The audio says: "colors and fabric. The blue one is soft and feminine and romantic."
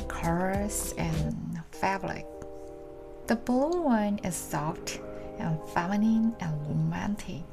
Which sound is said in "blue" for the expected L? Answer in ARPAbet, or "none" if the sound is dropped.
none